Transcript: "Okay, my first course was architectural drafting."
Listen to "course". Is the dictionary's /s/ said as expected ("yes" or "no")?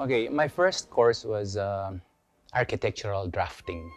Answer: yes